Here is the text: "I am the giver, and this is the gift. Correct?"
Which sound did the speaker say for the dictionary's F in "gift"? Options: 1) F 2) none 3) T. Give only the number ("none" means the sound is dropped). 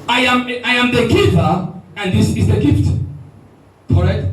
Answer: 1